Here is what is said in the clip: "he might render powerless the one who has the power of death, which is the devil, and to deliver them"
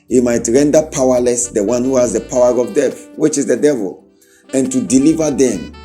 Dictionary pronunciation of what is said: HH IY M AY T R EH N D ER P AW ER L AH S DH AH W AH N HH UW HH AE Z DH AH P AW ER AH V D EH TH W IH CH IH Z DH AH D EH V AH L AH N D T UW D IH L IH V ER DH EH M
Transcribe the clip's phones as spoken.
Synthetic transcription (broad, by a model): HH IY M AY T R EH N D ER P AW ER L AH S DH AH W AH N HH UW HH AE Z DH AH P AW ER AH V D EH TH W IH CH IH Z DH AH D EH V AH L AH N T UW D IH L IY V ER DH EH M